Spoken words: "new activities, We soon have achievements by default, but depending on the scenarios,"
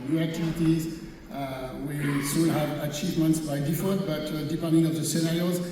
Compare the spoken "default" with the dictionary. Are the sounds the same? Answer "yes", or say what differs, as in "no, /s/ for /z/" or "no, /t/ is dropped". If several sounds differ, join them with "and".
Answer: no, /n/ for /l/